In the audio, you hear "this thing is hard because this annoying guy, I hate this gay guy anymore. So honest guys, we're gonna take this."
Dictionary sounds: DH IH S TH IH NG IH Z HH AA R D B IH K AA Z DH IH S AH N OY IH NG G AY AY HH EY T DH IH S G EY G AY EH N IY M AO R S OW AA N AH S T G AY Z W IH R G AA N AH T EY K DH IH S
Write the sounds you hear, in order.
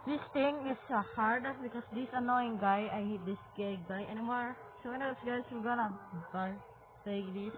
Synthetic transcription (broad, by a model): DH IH S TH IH NG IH S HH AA R D B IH K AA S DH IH S AH N OY IH NG G AY AY HH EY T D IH S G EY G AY EH N IY M AO R S OW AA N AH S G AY S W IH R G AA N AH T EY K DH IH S